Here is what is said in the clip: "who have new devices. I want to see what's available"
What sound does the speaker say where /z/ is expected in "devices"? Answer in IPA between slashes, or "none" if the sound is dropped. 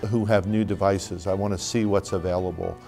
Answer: /z/